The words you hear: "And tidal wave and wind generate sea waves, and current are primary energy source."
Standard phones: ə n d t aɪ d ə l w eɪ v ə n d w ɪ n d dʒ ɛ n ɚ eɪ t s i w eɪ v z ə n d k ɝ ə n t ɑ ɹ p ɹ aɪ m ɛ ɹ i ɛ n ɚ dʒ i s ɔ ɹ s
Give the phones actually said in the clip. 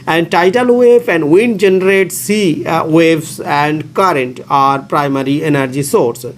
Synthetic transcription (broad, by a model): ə n d t aɪ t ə l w eɪ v ə n d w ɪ n d dʒ ɛ n ɚ eɪ t s i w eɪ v s ə n d k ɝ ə n t ɑ ɹ p ɹ aɪ m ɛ ɹ i ɛ n ɚ dʒ i s ɔ ɹ s